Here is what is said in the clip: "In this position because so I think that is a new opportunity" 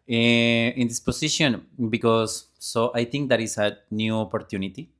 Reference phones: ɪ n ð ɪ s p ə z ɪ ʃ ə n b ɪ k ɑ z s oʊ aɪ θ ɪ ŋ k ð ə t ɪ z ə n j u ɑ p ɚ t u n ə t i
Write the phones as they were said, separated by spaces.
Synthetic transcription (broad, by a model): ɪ n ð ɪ s p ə s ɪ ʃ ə n b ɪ k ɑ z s oʊ aɪ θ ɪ ŋ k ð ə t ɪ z ə n j u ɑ p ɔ t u n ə t i